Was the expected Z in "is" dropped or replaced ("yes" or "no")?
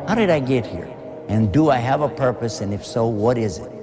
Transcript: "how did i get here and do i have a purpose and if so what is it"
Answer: no